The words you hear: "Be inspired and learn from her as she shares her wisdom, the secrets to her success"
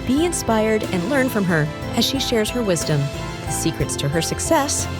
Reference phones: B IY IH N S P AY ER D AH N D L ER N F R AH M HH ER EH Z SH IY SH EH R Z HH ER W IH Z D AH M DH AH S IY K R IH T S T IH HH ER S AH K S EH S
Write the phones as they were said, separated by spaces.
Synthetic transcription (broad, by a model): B IY IH N S P AY ER D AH N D L ER N F R AH M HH ER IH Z SH IY SH EH R Z HH ER W IH Z D AH M DH AH S IY K R IH T S T IH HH ER S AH K S EH S